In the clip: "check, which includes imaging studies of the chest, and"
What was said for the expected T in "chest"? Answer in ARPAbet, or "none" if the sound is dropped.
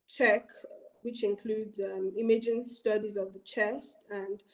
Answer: T